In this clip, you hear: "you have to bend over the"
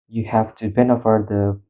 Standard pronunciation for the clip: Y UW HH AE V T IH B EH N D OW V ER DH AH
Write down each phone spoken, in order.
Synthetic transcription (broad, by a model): Y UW HH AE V T IH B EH N OW F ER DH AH